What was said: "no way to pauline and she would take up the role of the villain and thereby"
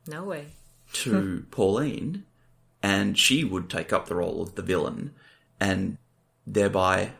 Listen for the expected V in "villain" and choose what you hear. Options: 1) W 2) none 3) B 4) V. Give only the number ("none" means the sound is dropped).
4